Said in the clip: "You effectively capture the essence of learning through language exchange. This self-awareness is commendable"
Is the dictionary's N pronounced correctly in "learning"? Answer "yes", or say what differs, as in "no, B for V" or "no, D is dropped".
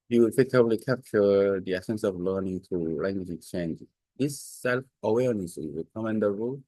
yes